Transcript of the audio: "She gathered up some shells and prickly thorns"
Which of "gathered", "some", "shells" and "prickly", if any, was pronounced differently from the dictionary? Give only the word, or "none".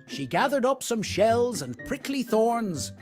none